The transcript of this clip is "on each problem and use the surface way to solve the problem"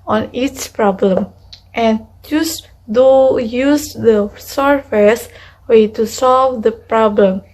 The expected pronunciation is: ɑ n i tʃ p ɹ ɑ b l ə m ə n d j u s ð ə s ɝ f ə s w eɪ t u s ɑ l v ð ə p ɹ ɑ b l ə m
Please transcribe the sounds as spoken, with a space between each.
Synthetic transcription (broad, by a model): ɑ n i s p ɹ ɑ b l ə m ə n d j u s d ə s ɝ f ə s w eɪ t u s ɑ l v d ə p ɹ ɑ b l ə m